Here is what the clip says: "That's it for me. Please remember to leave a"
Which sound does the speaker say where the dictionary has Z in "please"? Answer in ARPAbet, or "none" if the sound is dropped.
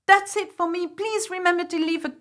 Z